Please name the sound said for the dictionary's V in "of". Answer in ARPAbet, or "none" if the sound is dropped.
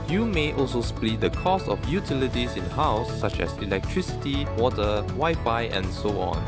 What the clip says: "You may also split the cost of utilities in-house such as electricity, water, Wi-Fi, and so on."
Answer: F